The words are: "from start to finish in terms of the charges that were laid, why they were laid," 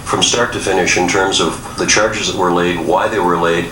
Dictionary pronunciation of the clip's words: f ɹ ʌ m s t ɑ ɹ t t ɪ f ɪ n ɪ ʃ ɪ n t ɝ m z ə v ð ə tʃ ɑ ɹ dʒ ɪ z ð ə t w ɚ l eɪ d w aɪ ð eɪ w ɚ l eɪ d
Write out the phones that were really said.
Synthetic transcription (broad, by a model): f ɹ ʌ m s t ɑ ɹ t t ɪ f ɪ n ɪ ʃ ɪ n t ɝ m z ə v ð ə tʃ ɑ ɹ dʒ ɪ z ð ə t w ɚ l eɪ d w aɪ ð eɪ w ɚ l eɪ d